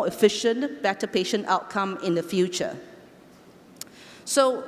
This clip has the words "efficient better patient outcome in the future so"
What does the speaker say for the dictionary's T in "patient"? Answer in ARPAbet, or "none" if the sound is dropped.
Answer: T